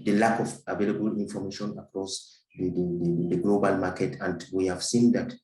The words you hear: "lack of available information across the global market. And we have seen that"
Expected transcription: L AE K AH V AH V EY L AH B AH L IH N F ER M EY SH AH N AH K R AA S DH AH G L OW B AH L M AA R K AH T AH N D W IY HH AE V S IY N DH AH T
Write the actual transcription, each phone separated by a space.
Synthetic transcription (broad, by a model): L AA K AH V AH V EY L AH B AH L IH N F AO M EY SH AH N AH K R AA S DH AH G L OW B AH L M AA K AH T AH N D W IY HH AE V S IY N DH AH T